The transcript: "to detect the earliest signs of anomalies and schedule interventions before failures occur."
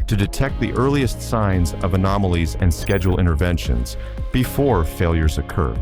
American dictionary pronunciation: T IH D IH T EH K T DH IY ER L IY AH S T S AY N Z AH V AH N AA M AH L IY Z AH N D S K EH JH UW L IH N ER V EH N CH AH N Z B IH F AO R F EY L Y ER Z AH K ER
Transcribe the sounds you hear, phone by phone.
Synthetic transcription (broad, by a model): T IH D IH T EH K T DH IY ER L IY AH S T S AY N Z AH V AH N AA M L IY Z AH N S K EH JH L IH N ER V EH N SH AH N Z B IH F AO R F EY L Y ER Z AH K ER